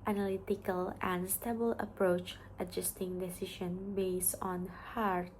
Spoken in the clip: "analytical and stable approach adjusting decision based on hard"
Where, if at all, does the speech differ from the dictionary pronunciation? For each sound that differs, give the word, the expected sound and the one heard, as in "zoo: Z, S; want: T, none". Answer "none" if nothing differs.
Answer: decision: ZH, SH